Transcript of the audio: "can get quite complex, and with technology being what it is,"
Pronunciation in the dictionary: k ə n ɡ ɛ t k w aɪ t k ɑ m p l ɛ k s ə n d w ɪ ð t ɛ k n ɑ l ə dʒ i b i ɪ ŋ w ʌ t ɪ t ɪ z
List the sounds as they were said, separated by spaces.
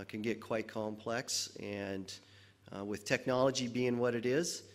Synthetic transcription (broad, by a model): k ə n ɡ ɛ t k w aɪ t k ɑ m p l ɛ k s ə n w ɪ ð t ɛ k n ɑ l ə dʒ i b i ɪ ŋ w ʌ t ɪ t ɪ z